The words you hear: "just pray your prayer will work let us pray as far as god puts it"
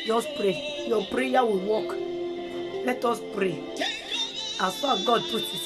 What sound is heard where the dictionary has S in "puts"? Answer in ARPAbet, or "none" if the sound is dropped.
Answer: none